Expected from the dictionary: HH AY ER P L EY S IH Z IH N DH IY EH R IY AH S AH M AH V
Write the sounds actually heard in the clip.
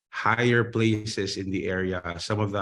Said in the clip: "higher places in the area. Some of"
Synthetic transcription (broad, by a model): HH AY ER P L EY S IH S IH N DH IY EH R IY AH S AH M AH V